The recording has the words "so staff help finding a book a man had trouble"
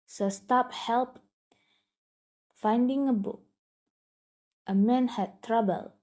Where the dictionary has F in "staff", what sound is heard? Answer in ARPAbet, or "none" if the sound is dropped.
P